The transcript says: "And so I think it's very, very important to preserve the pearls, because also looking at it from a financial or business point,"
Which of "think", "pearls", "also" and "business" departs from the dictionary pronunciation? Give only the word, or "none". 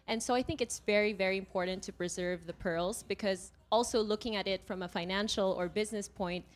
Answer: none